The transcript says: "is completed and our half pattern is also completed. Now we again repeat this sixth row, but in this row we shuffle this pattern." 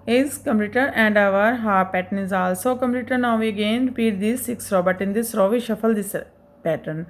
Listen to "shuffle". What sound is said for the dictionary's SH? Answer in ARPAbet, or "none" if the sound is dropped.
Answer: SH